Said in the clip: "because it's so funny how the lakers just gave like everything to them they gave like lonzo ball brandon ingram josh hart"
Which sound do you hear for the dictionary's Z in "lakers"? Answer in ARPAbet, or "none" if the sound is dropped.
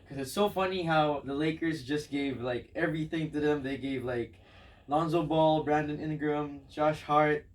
Z